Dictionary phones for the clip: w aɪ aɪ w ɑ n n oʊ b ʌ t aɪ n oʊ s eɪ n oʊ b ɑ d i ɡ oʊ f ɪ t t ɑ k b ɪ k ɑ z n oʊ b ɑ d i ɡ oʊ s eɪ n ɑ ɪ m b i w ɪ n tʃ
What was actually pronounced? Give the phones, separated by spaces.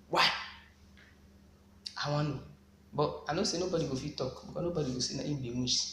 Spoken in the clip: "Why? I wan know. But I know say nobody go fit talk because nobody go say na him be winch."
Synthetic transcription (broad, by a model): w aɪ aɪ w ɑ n n oʊ b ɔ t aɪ n oʊ s eɪ n oʊ b ɑ d i ɡ oʊ f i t t ɑ k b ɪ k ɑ n oʊ b ɑ d i ɡ oʊ s eɪ n ɑ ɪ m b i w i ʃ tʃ